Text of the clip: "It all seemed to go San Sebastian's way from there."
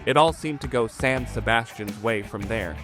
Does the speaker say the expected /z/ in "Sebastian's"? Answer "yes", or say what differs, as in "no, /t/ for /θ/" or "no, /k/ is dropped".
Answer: yes